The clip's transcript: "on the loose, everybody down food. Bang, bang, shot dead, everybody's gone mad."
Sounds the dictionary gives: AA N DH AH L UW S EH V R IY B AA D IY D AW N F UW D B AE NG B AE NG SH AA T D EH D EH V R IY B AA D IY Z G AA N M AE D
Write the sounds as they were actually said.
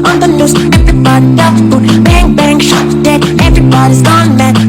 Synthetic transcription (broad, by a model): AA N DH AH N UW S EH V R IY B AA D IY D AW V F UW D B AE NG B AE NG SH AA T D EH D EH V R IY B AA D IY Z G AA N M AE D